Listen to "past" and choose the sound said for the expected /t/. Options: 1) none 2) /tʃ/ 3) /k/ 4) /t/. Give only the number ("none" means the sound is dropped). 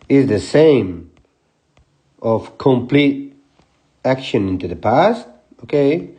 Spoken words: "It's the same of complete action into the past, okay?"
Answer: 4